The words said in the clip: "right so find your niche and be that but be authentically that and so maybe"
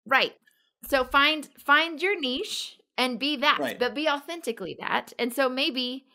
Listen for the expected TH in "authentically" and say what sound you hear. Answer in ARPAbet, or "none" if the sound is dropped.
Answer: TH